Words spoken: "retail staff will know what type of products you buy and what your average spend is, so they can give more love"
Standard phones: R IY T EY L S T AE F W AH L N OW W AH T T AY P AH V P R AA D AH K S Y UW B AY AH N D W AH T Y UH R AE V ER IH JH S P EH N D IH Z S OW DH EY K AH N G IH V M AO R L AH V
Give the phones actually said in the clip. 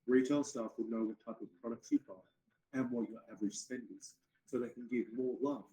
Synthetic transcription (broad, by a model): R IY T EY L S T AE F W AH N OW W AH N T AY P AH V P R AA D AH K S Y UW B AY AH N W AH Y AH R AE V ER IH JH S P EH N D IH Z S OW DH EY K N G IH V M AO R L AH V